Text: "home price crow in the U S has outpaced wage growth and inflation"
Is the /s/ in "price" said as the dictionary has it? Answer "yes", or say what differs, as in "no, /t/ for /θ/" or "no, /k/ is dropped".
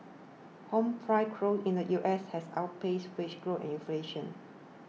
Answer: no, /s/ is dropped